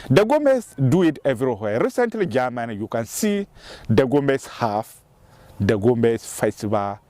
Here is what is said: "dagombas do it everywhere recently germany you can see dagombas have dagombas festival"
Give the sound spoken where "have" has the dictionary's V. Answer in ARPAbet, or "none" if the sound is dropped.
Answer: F